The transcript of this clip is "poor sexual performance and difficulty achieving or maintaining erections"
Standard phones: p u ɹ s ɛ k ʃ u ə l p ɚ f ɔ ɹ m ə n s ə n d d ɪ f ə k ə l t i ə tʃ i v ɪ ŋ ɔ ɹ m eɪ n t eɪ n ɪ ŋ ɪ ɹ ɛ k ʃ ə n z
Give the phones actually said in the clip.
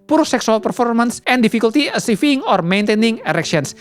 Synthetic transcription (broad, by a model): p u ɹ s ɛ k s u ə l p ɚ f ɔ ɹ m ə n s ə n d d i f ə k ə l t i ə s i f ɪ ŋ ɔ ɹ m eɪ n t eɪ n ɪ ŋ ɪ ɹ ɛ k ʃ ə n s